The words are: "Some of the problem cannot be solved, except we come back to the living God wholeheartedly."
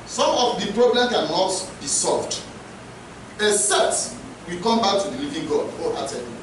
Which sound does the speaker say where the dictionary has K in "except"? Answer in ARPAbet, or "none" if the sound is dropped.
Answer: none